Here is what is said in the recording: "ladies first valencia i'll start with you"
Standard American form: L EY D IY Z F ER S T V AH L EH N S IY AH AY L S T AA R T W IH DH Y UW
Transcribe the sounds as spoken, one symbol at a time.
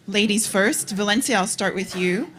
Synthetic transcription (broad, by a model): L EY D IY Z F ER S T V AH L EH N S IY AH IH L S T AA R T W IH DH Y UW